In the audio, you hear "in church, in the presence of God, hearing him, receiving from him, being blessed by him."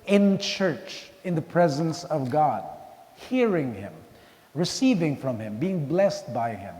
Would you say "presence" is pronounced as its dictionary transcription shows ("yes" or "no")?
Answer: yes